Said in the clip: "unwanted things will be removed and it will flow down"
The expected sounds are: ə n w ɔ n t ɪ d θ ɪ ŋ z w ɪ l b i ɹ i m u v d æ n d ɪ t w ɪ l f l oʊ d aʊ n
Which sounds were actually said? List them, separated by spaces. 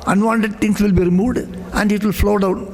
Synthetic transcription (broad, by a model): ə n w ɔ n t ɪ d t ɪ ŋ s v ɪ l b i ɹ i m u v d æ n d ɪ t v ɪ l f l oʊ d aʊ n